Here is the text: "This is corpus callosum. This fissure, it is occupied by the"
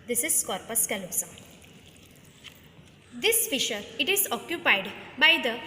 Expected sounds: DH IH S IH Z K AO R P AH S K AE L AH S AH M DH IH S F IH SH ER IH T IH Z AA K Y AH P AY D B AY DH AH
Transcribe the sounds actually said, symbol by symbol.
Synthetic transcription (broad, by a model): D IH S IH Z K AO R P AH S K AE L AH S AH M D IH S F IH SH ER IH T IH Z AA K Y AH P AY D B AY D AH